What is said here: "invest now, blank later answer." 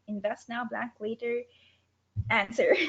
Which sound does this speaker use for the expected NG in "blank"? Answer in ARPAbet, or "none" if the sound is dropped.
none